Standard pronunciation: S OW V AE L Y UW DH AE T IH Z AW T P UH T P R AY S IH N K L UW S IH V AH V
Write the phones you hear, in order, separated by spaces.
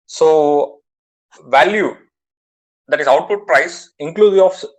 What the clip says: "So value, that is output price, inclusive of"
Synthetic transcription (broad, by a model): S OW V AE L Y UW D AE T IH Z AW T P UH T P R AY S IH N K L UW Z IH AH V